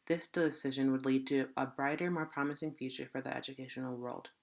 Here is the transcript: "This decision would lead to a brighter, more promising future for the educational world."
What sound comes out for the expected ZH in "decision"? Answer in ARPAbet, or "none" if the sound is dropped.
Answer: ZH